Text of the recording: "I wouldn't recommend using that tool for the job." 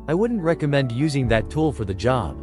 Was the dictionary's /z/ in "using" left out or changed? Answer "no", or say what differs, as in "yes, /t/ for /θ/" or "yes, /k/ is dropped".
no